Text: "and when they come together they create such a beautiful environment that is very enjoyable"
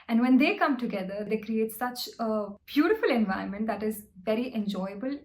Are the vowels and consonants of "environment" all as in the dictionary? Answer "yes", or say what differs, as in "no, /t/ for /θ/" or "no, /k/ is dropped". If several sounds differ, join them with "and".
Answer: no, /ɹ/ is dropped